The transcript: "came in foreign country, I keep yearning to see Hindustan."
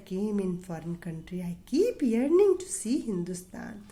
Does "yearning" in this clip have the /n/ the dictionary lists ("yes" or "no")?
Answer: yes